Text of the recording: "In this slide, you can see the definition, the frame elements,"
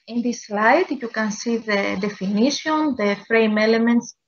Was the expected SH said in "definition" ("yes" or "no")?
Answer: no